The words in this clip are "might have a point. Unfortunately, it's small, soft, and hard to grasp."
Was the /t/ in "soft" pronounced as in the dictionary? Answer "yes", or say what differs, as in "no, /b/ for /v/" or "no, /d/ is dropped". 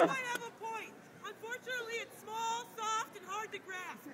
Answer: yes